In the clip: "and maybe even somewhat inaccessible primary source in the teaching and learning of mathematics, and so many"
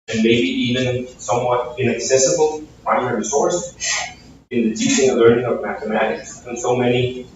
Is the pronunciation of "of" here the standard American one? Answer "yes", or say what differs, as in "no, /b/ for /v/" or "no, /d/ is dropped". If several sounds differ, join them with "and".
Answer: yes